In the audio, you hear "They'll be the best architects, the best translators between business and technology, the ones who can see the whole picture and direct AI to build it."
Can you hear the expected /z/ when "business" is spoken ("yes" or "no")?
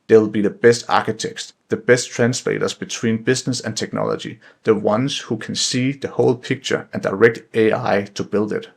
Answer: no